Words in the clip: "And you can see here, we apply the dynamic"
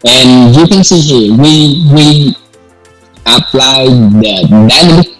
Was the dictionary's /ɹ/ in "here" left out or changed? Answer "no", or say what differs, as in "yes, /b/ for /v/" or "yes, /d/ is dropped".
yes, /w/ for /ɹ/